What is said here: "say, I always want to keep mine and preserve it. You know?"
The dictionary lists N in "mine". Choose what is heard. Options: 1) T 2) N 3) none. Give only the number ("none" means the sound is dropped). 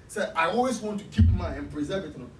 3